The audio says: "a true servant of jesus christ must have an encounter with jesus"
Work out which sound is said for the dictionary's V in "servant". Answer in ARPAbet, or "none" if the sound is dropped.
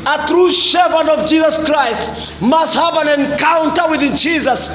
P